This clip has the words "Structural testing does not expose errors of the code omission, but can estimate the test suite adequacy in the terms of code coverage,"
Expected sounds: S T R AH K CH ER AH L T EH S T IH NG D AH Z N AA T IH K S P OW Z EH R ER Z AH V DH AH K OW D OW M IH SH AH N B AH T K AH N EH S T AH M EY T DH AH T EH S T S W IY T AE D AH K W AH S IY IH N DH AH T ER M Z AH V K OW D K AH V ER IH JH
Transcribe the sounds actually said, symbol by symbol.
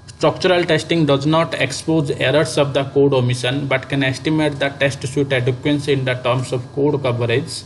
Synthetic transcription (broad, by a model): S T R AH K CH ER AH L T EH S T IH NG D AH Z N AA T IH K S P OW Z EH R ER S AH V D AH K OW D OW M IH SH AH N B AH T K AH N EH S T AH M EY T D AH T EH S T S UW T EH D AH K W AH S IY IH N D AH T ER M S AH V K OW D K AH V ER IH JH